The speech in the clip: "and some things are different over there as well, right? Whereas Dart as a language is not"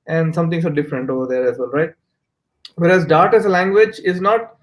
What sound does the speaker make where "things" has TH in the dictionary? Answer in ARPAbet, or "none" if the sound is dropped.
T